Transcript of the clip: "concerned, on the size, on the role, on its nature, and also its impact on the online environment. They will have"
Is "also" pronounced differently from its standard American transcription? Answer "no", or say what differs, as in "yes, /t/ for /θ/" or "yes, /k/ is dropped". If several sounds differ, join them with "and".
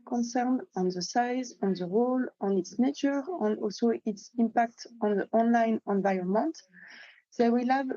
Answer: no